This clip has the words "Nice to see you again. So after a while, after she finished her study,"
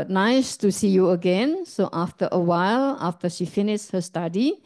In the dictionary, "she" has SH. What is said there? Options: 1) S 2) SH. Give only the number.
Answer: 2